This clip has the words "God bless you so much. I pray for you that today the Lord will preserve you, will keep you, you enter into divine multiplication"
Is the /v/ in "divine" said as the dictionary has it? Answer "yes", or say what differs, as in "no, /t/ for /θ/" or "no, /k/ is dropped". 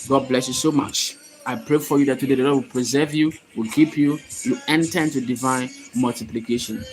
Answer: yes